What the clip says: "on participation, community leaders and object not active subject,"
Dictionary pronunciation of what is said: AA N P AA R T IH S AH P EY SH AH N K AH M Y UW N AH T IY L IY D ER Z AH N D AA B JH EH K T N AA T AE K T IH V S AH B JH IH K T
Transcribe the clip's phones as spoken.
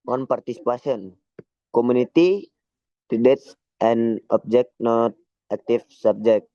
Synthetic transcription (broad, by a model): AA N P AA R T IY S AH P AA S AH N K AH M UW N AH T IY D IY D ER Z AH N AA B JH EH K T N AA T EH K T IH F S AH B JH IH K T